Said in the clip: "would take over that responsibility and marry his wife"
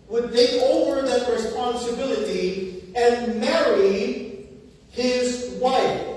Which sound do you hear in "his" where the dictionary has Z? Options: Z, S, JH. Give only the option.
Z